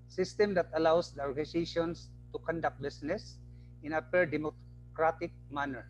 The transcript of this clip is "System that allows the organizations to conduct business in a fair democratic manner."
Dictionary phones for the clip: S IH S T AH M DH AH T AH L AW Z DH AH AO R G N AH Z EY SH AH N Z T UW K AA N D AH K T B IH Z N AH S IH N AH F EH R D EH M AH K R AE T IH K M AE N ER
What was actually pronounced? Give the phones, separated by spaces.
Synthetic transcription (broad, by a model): S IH S T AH M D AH T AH L AW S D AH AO R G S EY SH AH N S T UW K AA N D AH K T B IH S N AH S IH N AH P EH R D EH M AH K R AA T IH K M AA N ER